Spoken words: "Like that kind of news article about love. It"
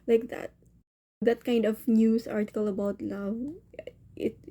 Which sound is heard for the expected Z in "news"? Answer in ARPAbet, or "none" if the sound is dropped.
S